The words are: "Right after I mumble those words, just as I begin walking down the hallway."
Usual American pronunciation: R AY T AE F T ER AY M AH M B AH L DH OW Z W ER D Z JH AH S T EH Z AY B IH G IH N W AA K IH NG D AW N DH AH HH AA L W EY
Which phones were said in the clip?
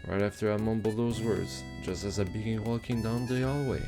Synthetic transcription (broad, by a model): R AY T AE F T ER AY M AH M B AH L DH OW Z W ER D Z JH AH S T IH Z AY B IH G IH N W AA K IH NG D AW N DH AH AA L W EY